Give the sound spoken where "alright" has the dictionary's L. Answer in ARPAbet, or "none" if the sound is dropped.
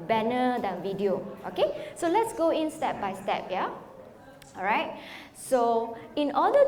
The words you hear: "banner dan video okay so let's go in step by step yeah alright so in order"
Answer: none